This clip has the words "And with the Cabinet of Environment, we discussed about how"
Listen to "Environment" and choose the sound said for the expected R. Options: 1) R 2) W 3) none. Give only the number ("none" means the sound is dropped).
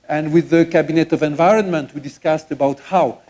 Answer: 1